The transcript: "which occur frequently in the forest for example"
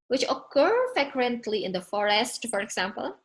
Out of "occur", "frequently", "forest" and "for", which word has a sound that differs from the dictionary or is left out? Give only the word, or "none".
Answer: frequently